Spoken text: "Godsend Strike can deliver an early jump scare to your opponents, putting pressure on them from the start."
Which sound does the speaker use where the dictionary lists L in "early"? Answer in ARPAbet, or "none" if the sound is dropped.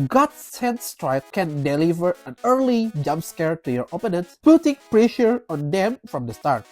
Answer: L